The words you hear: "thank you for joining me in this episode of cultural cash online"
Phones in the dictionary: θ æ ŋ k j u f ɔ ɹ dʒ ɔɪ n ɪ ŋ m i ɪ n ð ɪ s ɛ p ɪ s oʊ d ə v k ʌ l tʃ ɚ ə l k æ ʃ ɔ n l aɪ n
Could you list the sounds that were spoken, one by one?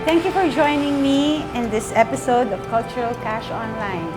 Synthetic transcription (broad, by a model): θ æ ŋ k j u f ɔ ɹ dʒ ɔɪ n ɪ ŋ m i ɪ n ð ɪ s ɛ p ɪ s oʊ d ə v k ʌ l tʃ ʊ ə l k æ ʃ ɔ n l aɪ n